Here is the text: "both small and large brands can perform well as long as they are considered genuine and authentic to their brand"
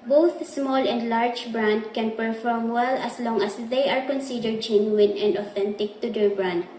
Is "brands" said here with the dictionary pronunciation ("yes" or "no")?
no